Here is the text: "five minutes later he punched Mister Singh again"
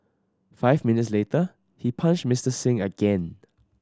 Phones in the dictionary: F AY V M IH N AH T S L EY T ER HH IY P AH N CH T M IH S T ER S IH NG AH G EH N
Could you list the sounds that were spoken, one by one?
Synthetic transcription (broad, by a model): F AY V M IH N AH T S L EY T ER HH IY P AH N SH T M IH S T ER S IH NG AH G EH N